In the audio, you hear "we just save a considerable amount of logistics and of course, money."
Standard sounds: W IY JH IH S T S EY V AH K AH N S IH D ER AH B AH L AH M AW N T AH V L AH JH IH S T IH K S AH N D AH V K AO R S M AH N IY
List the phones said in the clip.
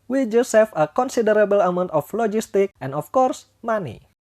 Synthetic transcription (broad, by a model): W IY JH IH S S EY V AH K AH N S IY D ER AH B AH L AH M AW N T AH F L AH JH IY S T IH K AH N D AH F K AO R S M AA N IY